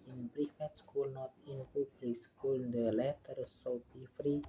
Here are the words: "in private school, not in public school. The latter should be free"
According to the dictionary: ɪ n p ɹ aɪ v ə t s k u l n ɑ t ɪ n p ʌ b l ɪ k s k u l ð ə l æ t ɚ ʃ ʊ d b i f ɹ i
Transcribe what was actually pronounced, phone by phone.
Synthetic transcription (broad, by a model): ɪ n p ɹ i f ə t s k u l n ɑ t ɪ n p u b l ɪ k s k u l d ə l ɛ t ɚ s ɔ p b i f ɹ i